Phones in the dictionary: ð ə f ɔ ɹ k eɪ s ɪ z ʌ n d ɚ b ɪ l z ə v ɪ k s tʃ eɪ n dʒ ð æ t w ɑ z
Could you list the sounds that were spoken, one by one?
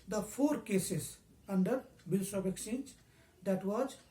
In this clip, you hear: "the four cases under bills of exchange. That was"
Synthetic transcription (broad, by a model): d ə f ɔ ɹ k eɪ s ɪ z ʌ n d ɚ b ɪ l s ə b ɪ k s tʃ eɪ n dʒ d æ t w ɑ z